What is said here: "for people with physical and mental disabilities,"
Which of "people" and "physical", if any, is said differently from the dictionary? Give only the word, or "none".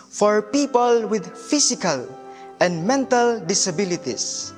physical